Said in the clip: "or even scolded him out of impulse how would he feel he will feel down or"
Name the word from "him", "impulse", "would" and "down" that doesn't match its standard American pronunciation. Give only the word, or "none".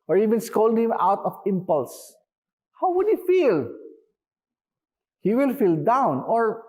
none